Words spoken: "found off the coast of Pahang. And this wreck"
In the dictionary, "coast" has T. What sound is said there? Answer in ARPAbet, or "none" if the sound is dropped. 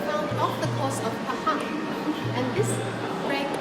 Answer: none